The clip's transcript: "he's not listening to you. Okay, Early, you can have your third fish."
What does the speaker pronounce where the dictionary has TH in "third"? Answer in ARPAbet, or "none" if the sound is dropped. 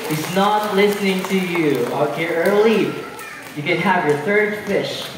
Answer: TH